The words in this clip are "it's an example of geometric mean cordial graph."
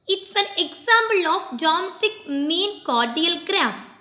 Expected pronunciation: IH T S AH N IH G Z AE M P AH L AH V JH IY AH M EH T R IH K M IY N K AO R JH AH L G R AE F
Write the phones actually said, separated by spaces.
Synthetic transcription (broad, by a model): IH T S AH N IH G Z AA M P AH L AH F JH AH M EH T IH K M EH N K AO R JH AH L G R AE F